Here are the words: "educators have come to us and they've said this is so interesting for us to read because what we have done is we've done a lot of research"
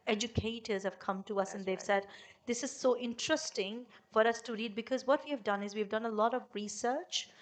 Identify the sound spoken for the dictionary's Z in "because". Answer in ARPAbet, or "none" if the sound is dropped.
Z